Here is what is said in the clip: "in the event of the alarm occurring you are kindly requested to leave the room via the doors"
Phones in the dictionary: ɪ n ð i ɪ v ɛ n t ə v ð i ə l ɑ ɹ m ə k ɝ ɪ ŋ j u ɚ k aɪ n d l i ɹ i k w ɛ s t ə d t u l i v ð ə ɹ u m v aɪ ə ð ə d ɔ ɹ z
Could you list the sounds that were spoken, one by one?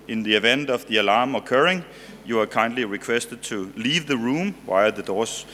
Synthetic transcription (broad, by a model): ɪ n ð i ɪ v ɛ n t ə v ð i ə l ɑ m ə k ɝ ɪ ŋ j u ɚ k aɪ n d l i ɹ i k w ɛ s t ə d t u l i v ð ə ɹ u m w aɪ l ð ə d ɔ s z